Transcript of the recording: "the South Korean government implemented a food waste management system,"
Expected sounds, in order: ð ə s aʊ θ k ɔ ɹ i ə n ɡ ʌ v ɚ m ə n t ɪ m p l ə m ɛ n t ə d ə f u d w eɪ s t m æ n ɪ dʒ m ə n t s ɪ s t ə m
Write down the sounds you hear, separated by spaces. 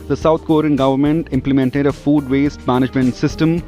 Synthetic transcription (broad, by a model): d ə s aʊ t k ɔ ɹ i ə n ɡ ʌ v ɚ m ə n t ɪ m p l ə m ɛ n t ə d ə f u d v eɪ s t m æ n ɪ dʒ m ə n t s ɪ s t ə m